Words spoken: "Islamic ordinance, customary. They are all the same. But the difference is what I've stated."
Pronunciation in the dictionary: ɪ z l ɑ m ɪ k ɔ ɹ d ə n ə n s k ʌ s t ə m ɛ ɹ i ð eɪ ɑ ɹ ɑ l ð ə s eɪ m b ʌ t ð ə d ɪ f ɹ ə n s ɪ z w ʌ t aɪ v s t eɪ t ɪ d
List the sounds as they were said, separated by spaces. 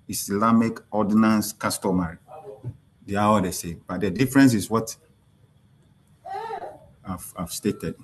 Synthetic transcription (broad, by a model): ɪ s l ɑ m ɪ k ɔ d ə n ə n s k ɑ s t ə m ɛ ɹ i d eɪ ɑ w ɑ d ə s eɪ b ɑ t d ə d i f ɹ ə n s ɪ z w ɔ t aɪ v s t eɪ t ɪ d